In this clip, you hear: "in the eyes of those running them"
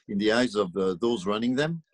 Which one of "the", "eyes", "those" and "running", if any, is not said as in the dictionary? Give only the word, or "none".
none